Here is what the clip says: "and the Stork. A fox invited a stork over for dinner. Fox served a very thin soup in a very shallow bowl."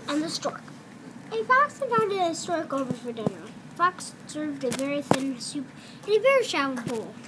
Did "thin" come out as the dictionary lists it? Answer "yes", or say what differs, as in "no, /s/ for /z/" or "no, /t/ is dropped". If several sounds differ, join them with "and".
yes